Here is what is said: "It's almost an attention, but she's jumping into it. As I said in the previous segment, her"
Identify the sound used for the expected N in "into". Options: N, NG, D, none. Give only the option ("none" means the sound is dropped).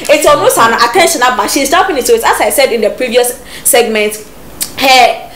none